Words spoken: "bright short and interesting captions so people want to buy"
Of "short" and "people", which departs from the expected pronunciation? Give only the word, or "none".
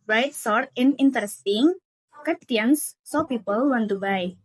short